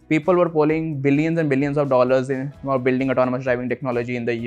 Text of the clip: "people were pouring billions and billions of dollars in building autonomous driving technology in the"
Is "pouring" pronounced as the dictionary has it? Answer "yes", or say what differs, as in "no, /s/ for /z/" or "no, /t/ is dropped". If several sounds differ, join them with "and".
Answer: no, /l/ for /ɹ/